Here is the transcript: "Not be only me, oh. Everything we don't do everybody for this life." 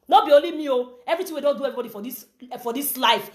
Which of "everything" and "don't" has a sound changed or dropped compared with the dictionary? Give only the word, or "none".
everything